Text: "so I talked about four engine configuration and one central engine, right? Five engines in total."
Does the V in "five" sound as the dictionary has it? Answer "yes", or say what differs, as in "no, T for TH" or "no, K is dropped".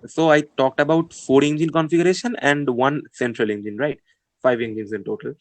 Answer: yes